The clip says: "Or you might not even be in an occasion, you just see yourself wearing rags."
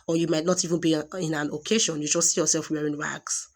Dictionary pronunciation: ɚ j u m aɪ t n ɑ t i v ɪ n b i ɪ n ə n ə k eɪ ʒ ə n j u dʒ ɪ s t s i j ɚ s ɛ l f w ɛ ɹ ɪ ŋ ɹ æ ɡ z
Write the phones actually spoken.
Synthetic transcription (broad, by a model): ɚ j u m aɪ t n ɑ t i v ɪ n b i ɪ n ə n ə k eɪ ʃ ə n j u dʒ ɪ s t s i j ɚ s ɛ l f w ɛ ɹ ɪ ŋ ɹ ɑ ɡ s